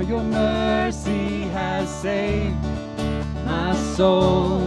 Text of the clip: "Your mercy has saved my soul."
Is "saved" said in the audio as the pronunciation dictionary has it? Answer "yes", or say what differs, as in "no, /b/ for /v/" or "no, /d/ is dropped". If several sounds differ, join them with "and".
no, /v/ is dropped